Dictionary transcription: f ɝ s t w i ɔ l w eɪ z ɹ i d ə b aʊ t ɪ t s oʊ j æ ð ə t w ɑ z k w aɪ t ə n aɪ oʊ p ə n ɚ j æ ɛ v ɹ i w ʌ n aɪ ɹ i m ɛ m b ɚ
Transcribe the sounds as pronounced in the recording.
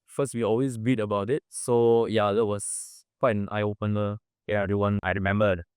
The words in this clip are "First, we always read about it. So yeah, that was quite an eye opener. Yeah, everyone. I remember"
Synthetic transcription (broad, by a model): f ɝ s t w i ɔ l w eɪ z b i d ə b aʊ t ɪ t s oʊ j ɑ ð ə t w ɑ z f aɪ ə n aɪ oʊ p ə n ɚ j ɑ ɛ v ɹ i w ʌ n aɪ ɹ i m ɛ m b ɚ